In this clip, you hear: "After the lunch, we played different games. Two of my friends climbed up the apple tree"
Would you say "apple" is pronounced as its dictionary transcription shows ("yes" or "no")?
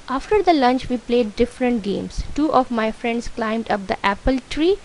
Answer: yes